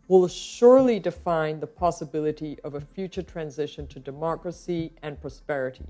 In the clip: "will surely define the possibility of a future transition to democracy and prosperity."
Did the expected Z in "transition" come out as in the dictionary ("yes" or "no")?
yes